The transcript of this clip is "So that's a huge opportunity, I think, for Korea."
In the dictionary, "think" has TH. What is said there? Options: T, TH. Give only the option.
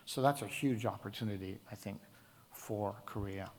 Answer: TH